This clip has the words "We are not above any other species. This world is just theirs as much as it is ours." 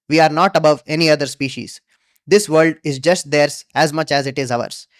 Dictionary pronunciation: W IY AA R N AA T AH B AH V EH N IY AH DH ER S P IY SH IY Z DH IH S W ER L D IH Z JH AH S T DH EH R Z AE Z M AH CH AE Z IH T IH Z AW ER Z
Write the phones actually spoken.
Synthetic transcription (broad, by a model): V IY AA R N AA T AH B AH V EH N IY AH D ER S P IY SH IY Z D IH S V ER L D IH Z JH AH S T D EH R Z AE Z M AH CH AE Z IH T IH Z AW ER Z